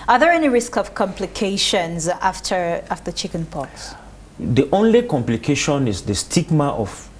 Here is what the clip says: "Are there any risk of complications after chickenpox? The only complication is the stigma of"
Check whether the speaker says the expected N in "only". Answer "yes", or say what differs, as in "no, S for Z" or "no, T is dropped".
yes